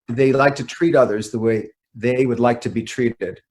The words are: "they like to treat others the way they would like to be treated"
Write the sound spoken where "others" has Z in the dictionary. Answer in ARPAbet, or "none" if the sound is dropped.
Z